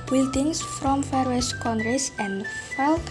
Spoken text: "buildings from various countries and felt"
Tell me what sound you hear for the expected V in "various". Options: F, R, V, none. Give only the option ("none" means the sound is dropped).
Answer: F